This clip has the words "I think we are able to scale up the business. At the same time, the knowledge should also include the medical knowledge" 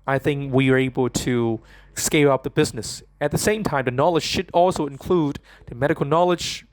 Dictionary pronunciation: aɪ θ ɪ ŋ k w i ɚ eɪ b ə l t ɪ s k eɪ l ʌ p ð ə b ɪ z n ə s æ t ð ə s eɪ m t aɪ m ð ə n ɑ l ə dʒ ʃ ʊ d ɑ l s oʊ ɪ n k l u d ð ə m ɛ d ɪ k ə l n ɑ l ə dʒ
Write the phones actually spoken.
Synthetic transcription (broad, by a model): aɪ θ ɪ ŋ k w i ɚ eɪ b l t ɪ s k eɪ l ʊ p ð ə b ɪ z n ə s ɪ t ð ə s eɪ m t aɪ m ð ə n ɑ l ə dʒ ʃ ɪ d ɑ l s oʊ ɪ n k l u d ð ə m ɛ d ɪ k l n ɑ l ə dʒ